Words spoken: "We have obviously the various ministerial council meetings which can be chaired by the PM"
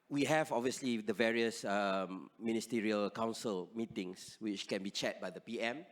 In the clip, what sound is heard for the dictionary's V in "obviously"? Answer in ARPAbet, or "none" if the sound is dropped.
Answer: V